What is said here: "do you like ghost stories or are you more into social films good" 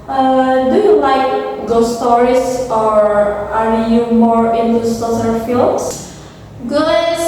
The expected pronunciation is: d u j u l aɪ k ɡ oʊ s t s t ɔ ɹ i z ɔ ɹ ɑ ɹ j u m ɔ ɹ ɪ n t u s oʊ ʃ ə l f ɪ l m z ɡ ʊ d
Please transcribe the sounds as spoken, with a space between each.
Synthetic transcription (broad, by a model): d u j u l aɪ k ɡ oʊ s s t ɔ ɹ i s ɔ ɹ ɑ ɹ j u m ɔ ɹ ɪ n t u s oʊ s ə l f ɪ l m s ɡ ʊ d